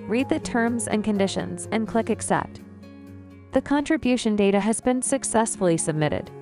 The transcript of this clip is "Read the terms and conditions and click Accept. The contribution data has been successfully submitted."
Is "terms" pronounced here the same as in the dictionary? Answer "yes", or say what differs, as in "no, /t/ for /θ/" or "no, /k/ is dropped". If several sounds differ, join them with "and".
yes